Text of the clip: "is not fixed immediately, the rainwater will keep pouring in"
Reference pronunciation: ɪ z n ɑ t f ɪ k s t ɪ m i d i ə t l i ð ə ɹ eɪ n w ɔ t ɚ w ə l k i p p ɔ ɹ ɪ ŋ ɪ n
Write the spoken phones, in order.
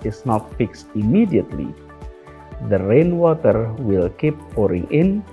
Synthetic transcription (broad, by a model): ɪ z n ɑ t f ɪ k s t ɪ m i d i ə t l i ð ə ɹ eɪ n w ɔ t ɚ w ə l k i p p ɔ ɹ ɪ ŋ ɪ n